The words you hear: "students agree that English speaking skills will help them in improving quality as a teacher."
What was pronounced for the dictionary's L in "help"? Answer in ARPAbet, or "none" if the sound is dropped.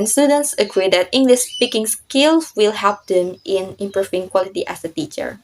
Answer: none